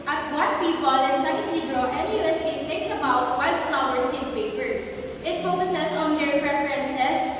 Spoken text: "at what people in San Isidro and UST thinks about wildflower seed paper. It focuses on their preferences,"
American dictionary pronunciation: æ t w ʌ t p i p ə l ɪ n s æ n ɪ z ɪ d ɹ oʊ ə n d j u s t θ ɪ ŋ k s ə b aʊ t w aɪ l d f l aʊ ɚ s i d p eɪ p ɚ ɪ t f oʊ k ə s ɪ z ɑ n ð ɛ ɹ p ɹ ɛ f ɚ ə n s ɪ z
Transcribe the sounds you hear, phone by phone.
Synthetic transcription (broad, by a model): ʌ t w ʌ t p i p ə l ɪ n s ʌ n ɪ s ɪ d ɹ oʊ ə n d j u s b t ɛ k s ə b aʊ t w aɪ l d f l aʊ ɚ s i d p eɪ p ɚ ɪ t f oʊ k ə s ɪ s ɑ n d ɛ ɹ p ɹ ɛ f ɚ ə n s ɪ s